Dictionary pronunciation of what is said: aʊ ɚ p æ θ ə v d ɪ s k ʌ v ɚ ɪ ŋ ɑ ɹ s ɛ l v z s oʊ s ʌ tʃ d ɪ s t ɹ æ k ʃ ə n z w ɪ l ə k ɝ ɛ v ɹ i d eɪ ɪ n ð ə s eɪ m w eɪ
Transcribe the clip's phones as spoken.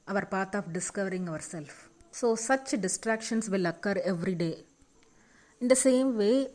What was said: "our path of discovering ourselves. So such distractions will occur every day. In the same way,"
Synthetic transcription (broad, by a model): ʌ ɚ p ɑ t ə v d ɪ s k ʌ v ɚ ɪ ŋ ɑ ɹ s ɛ l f s oʊ s ʌ tʃ d ɪ s t ɹ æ k ʃ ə n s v ɪ l ə k ɝ ɛ v ɹ i d eɪ ɪ n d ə s eɪ m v eɪ